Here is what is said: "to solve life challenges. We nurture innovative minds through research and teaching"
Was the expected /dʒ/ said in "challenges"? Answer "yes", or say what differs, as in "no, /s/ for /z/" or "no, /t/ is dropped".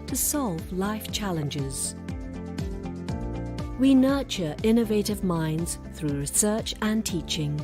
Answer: yes